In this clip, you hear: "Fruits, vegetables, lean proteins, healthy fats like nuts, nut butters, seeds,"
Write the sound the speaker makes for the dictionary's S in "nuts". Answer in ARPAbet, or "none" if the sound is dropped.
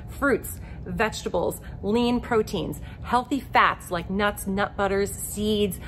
S